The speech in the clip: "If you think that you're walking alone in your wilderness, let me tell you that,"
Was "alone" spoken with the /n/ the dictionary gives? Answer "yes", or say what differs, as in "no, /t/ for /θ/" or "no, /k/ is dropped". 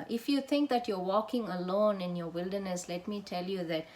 yes